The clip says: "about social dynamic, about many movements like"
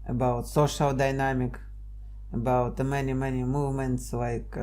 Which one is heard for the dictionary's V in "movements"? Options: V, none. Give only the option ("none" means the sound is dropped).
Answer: V